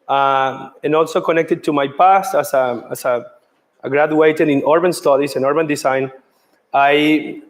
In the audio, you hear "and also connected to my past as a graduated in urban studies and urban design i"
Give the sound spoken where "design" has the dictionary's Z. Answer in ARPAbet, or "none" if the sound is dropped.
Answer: S